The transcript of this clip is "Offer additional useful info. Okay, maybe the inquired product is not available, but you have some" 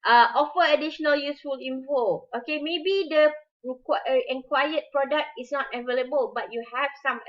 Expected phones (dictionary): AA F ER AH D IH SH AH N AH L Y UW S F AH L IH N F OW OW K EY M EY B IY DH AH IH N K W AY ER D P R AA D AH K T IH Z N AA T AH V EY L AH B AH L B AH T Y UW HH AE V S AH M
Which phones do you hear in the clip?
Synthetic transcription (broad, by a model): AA F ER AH D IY SH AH N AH L Y UW S F AH L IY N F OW OW K EY M EY B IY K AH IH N K W AY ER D P R AA D AH K T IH S N AA T AH V EY L AH B AH L B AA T Y UW HH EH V S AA M